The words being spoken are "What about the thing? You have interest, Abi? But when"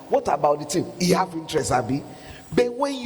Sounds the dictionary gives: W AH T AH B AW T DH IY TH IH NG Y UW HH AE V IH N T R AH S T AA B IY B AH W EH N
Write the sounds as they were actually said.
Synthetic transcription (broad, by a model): W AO T AH B AW T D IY T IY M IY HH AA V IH N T R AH S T AA B IY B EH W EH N